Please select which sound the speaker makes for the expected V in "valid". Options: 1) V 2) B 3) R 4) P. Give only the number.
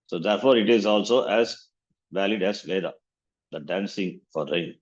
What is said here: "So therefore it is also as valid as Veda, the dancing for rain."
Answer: 1